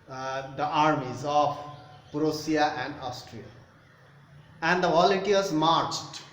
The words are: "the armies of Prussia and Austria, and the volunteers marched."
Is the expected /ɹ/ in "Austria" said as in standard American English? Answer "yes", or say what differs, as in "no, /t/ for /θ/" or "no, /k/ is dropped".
yes